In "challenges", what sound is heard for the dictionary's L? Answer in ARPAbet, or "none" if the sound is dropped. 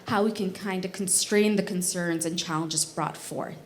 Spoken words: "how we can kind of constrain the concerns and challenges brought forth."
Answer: L